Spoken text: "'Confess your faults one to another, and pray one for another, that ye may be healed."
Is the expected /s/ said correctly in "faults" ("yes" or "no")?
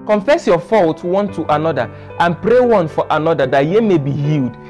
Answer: no